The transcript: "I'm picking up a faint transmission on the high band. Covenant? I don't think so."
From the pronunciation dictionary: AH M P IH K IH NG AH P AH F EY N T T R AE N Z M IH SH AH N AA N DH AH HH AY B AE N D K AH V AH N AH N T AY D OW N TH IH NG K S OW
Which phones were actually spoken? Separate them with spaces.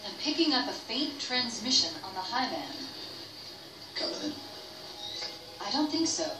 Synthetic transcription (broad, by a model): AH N P IH K IH NG AH P AH F EY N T T R AE N Z M IH SH AH N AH N DH AH HH AY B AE N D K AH AH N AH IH D OW N TH IH NG K S OW